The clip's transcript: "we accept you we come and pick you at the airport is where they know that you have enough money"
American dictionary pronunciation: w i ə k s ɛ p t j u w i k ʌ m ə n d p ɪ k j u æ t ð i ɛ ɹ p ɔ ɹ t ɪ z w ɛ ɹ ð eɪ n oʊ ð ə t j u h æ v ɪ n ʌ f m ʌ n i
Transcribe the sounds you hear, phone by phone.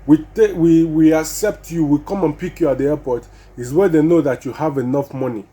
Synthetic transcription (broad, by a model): w i ə k s ɛ p t j u w i k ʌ m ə n p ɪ k j u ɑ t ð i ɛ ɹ p ɔ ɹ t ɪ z w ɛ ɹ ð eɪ n oʊ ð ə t j u h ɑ v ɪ n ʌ f m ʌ n i